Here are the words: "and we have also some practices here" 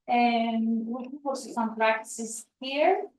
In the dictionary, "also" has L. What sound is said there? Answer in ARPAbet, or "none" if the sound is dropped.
none